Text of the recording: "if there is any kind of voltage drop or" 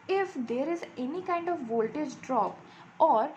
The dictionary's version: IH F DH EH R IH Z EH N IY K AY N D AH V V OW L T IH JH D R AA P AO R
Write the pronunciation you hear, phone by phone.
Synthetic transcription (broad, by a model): IH F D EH R IH Z EH N IY K AY N D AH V V OW L T IH JH D R AA P AO R